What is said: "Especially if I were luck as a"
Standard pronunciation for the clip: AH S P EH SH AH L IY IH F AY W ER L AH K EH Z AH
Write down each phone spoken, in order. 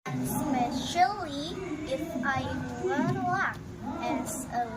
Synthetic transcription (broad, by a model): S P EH SH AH L IY IH F AY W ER N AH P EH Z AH